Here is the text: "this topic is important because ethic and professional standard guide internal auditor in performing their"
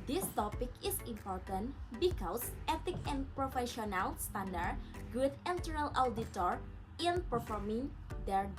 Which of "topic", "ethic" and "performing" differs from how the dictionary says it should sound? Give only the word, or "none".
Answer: ethic